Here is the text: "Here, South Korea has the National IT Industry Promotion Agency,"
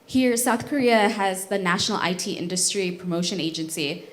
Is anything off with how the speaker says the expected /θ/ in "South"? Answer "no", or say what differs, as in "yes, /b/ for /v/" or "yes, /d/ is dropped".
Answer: no